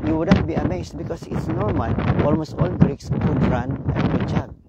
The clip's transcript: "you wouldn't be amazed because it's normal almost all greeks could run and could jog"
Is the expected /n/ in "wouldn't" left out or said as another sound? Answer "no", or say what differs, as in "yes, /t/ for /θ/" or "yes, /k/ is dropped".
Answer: yes, /n/ is dropped